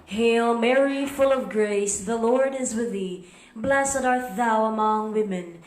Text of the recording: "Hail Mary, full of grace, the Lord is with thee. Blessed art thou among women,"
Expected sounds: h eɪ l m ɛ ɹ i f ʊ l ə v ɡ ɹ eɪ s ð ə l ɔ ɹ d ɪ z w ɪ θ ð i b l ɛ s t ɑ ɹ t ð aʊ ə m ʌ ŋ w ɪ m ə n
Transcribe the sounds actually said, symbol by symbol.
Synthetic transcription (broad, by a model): h eɪ l m ɛ ɹ i f ʊ l ə v ɡ ɹ eɪ s ð ə l ɔ ɹ d ɪ z w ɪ ð i b l ɛ s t ɑ ɹ t ð aʊ ə m ʌ ŋ w ɪ m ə n